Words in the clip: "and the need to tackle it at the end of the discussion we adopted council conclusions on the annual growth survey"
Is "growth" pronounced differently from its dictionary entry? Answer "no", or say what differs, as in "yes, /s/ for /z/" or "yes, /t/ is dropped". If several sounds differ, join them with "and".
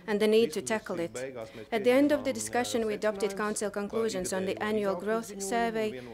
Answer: no